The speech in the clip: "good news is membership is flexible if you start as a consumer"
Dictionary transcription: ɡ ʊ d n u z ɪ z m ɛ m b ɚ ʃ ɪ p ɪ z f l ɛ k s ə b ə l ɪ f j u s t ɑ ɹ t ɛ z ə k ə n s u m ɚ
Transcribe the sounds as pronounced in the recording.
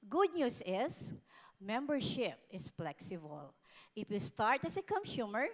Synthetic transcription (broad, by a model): ɡ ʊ d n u s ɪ s m ɛ m b ɚ ʃ ɪ p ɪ s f l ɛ k s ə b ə l ɪ f j u s t ɑ ɹ t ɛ s ə k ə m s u m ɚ